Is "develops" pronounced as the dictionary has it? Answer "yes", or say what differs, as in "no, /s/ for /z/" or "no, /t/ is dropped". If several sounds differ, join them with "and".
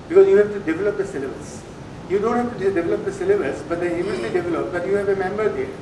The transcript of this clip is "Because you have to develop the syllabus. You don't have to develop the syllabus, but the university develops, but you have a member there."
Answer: no, /s/ is dropped